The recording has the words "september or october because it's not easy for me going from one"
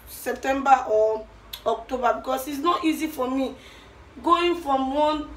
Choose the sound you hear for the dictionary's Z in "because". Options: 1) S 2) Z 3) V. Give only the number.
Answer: 1